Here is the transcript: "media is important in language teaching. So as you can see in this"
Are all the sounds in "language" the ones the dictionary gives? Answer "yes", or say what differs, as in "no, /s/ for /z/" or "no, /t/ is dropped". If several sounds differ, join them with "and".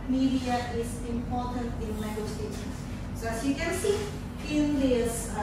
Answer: no, /ŋ/ is dropped